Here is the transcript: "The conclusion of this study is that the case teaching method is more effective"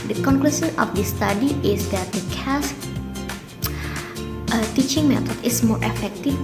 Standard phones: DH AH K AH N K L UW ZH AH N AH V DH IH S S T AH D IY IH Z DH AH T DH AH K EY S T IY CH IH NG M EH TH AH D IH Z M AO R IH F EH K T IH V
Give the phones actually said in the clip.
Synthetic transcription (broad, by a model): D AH K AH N K L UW S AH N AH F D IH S S T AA D IY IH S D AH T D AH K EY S T IY CH IH NG M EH T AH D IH S M AO R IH F EH K T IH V